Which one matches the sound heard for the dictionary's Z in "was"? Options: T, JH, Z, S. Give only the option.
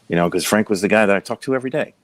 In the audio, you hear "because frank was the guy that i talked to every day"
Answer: Z